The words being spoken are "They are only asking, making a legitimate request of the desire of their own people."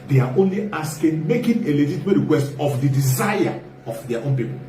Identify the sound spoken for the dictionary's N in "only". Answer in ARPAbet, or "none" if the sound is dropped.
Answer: N